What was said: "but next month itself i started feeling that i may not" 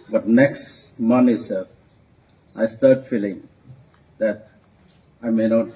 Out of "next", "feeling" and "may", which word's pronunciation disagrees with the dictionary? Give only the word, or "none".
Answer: none